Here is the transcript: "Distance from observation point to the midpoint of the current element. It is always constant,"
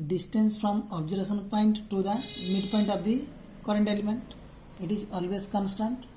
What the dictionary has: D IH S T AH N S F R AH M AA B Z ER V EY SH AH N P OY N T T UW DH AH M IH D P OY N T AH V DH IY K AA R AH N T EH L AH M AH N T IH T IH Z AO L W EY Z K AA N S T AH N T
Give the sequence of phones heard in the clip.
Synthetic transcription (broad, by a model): D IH S T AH N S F R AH M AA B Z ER EY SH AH N P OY N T T UW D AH M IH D P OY N T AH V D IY K AA R AH N T EH L AH M AH N T IH T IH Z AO L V EY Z K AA N S T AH N T